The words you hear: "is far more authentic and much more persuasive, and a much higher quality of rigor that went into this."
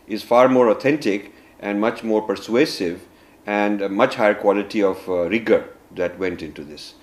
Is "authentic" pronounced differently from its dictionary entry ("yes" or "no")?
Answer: yes